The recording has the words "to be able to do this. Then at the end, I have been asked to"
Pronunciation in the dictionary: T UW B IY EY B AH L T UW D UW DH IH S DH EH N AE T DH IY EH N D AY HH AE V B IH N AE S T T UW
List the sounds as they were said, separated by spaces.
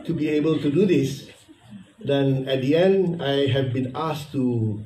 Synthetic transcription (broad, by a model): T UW B IY EY B AH L T UW D UW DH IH S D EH N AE T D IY EH N D AY HH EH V B IH N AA S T T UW